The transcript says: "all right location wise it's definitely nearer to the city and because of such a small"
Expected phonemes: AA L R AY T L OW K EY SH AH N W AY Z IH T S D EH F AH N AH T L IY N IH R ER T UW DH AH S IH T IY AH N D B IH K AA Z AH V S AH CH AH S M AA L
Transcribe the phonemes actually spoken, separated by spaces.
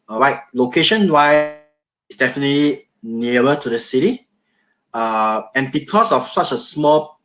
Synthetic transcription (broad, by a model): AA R AY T L OW K EY SH AH N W AY IH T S D EH F AH N AH T L IY N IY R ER T UW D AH S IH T IY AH N B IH K AA S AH F S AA CH AH S M AA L